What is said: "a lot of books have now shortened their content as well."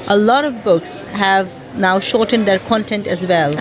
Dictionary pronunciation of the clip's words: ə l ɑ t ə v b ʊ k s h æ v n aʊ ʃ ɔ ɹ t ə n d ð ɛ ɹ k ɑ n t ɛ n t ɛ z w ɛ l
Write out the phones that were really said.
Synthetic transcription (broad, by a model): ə l ɑ t ə v b ʊ k s h æ v n aʊ ʃ ɔ ɹ t ə n d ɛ ɹ k ɑ n t ɛ n t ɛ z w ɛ l